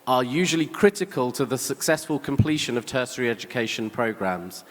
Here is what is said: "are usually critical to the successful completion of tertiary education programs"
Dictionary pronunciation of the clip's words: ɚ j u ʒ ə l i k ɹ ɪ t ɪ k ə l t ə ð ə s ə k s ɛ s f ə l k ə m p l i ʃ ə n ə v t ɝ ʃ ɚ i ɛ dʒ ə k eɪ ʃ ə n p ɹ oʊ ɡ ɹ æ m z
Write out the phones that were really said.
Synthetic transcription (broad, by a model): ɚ j u ʒ ə l i k ɹ ɪ t ɪ k ə l t ə ð ə s ə k s ɛ s f ə l k ə m p l i ʃ ə n ə v t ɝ s ɚ i ɛ dʒ ə k eɪ ʃ ə n p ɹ oʊ ɡ ɹ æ m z